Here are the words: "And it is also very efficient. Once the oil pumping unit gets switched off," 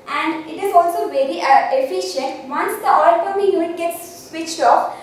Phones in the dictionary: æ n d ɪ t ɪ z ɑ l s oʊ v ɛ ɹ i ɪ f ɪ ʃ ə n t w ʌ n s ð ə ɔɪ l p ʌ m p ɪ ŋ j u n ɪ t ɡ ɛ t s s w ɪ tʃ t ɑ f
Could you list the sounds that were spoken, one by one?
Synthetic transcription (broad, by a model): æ n d ɪ t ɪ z ɑ l s oʊ v ɛ ɹ i ɪ f ɪ ʃ ə n t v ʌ n s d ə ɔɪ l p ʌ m ɪ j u ɪ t ɡ ɛ t s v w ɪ tʃ t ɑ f